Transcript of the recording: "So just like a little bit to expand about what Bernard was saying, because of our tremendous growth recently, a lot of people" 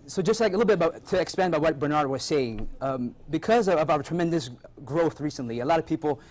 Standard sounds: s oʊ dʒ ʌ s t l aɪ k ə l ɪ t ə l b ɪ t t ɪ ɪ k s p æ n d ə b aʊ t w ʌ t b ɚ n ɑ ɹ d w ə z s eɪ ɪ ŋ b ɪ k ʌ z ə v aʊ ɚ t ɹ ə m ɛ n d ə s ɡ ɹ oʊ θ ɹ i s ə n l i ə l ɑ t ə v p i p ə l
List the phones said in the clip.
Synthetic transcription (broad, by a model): s oʊ dʒ ʌ s t l aɪ k ə l ɪ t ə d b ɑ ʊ t ɪ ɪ k s p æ n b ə ɪ w ʌ t b ɚ n ɑ ɹ d w ə z s eɪ ɪ ŋ b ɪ k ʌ z ə v aʊ ɚ t ɹ ə m ɛ n d ə s ɡ ɹ oʊ θ ɹ i s ə n l i ə l ɑ t ə v p i p l